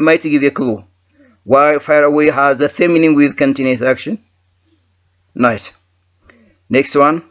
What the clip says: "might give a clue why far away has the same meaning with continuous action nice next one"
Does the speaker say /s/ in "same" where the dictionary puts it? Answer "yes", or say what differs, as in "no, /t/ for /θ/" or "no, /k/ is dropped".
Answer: no, /θ/ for /s/